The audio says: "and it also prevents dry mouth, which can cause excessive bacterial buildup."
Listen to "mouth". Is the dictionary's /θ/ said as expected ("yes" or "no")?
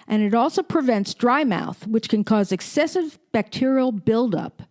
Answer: yes